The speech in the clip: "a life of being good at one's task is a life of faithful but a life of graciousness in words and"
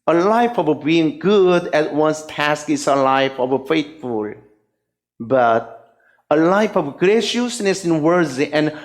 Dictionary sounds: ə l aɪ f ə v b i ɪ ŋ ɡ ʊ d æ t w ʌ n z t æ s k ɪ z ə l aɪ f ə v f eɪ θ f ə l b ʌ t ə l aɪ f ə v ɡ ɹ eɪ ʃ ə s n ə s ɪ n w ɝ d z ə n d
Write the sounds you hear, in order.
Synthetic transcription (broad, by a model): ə l aɪ f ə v b i ɪ ŋ ɡ ʊ d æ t w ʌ n s t æ s k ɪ s ə l aɪ f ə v f eɪ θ f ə l b ʌ t ə l aɪ f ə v ɡ ɹ eɪ ʃ ə s n ə s ɪ n w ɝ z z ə n